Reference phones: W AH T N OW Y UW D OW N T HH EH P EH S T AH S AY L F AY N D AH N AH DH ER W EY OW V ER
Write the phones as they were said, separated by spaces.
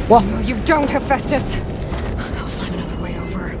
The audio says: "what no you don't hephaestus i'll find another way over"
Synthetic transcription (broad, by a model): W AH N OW Y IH D OW N T HH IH F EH S T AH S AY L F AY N AH N AH DH ER W EY OW V ER